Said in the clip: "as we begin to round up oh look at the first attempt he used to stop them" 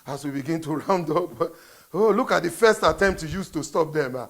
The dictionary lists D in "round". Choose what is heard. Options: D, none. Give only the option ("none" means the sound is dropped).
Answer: D